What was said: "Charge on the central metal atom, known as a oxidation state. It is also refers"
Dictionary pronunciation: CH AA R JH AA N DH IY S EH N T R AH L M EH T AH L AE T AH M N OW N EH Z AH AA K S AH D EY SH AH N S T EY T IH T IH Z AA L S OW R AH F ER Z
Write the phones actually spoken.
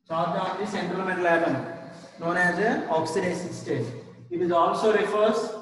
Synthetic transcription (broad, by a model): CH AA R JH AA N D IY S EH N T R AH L M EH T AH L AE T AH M N OW N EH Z AH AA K S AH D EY S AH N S T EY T IH T IH Z AA L S OW R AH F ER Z